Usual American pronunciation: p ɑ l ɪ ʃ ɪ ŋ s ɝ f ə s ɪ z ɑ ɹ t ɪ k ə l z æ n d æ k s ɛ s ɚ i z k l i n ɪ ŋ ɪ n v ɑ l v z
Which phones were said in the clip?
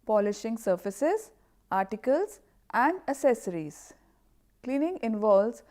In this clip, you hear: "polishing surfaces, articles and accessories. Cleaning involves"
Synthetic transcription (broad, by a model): p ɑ l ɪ ʃ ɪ ŋ s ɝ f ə s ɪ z ɑ ɹ t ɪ k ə l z æ n d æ s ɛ s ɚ i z k l i n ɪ ŋ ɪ n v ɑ l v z